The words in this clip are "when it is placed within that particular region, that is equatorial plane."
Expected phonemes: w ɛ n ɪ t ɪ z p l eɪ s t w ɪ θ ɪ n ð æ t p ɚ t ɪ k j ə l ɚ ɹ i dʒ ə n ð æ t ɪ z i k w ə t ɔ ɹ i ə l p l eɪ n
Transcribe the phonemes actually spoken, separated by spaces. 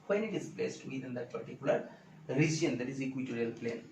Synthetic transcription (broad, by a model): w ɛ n ɪ t ɪ z b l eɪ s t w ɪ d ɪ n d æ t p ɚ t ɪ k j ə l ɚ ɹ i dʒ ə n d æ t ɪ z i k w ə t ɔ ɹ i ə l p l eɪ n